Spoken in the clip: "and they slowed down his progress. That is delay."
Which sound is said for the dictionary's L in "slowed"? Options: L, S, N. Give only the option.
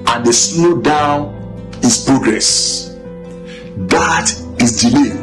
N